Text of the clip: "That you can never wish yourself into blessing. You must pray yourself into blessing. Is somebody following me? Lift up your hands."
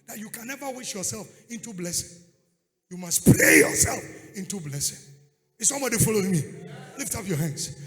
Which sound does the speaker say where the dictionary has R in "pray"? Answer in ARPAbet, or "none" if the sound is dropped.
L